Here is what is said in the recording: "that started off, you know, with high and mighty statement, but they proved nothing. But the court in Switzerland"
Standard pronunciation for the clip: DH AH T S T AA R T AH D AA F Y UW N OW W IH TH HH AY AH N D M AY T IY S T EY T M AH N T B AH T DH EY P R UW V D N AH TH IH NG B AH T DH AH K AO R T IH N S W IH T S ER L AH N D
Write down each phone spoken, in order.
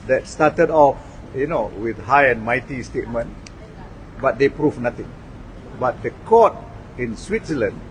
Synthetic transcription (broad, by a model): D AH T S T AA T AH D AA F Y UW N OW W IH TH HH AY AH N M AY T IY S T EY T M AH N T B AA T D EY P R UW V N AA T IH NG B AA T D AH K AO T IH N S W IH T S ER L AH N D